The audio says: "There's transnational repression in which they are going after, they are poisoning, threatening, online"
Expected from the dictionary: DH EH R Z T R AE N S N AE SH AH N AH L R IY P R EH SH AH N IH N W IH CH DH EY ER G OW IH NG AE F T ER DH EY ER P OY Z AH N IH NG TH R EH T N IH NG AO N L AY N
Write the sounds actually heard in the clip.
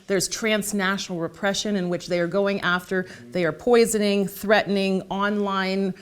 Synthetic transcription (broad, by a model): DH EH R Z T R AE N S N AE SH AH N L R IY P R EH SH AH N IH N W IH CH DH EY ER G OW IH NG AE F T ER DH EY ER P OY Z AH N IH NG TH R EH T N IH NG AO N L AY N